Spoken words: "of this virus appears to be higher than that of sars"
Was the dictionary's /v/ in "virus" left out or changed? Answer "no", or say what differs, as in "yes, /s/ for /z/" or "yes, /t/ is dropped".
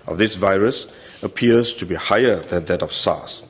no